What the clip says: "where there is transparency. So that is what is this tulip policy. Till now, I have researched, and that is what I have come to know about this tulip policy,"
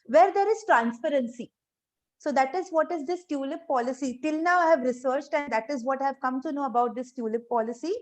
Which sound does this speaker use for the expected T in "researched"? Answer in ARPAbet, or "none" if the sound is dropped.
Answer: T